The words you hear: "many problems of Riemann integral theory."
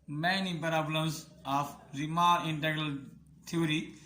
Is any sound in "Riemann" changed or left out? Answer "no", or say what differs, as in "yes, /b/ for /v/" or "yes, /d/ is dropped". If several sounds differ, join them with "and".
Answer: yes, /n/ is dropped